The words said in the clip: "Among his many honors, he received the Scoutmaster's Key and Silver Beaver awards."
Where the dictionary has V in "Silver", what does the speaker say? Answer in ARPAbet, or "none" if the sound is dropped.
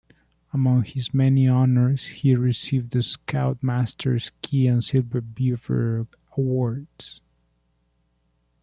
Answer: B